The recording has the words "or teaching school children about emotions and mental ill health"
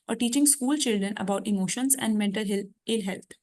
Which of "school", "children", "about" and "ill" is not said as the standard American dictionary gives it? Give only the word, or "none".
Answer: none